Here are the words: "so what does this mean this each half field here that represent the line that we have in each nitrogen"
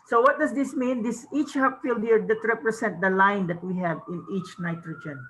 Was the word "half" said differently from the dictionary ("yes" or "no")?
yes